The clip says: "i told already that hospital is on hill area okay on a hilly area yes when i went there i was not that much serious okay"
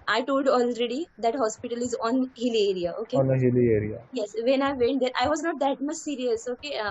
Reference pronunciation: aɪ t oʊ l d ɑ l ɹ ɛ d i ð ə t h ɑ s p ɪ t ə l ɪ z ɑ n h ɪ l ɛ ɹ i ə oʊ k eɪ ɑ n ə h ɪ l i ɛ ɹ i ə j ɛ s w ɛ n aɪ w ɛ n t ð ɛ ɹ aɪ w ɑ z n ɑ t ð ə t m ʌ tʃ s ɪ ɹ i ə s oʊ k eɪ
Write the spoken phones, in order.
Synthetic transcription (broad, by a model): aɪ t oʊ l d ɑ l ɹ ɛ d i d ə t h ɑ s p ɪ t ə l ɪ z ɑ n h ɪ l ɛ ɹ i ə oʊ k eɪ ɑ n ə h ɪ l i ɛ ɹ i ə j ɛ s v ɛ n aɪ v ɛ n t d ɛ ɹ aɪ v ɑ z n ɑ t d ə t m ʌ tʃ s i ɹ i ə s oʊ k eɪ